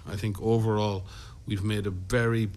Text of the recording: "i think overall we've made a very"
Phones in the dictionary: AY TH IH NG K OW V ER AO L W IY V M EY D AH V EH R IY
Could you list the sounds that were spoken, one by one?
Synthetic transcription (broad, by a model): AY TH IH NG K OW V ER AO L W IY V M EY D AH V EH R IY